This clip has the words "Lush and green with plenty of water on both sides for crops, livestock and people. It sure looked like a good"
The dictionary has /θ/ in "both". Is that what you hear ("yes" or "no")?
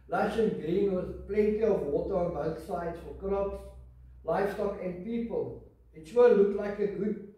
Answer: yes